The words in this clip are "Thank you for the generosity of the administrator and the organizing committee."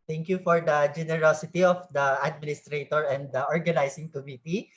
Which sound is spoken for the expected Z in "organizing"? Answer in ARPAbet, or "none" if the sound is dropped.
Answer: S